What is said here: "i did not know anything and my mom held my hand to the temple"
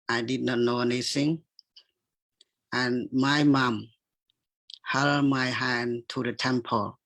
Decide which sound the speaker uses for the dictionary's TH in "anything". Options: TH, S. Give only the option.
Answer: S